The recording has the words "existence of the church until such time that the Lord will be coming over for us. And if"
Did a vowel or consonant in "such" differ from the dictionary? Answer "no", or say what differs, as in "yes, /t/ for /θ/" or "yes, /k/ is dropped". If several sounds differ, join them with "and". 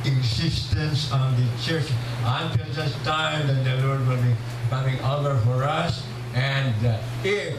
yes, /s/ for /tʃ/